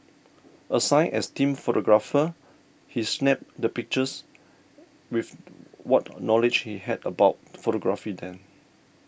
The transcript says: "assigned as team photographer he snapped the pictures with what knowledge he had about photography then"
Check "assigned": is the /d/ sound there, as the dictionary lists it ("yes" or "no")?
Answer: no